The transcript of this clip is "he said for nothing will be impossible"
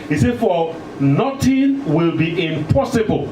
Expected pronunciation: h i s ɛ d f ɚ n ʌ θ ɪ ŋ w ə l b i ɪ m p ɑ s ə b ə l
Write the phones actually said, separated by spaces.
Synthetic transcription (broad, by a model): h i s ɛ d f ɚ n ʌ t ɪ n w ə l b i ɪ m p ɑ s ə b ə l